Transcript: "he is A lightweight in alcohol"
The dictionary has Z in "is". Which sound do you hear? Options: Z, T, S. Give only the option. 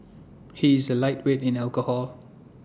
Z